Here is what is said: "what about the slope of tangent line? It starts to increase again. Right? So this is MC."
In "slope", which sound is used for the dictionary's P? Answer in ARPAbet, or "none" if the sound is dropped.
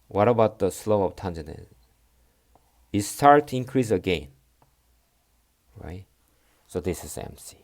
none